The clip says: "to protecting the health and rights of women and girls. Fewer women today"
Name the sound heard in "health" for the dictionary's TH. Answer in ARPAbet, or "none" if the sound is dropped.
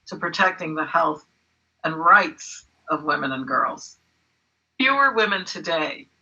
TH